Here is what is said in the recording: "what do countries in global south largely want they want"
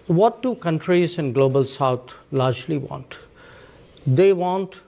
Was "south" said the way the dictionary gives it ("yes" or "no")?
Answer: no